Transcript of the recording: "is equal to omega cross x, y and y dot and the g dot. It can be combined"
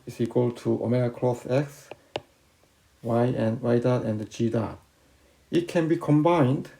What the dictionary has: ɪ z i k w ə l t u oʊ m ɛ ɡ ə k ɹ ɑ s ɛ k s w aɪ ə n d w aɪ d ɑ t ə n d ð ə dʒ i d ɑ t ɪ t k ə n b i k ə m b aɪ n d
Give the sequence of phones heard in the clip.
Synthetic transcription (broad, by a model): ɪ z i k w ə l t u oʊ m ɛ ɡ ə k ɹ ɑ θ ɛ k s w aɪ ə n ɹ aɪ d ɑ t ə n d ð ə dʒ i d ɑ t ɪ t k ə n b i k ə m b aɪ n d